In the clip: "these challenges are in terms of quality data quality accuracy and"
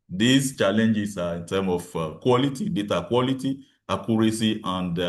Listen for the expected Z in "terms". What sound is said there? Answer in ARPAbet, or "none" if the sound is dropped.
none